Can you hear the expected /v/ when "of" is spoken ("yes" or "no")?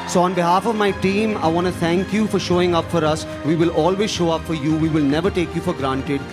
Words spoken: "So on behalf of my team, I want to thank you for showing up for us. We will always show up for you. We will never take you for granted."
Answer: yes